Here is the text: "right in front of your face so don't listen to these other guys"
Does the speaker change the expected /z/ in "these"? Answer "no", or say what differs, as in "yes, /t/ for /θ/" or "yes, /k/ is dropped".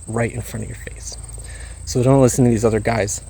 no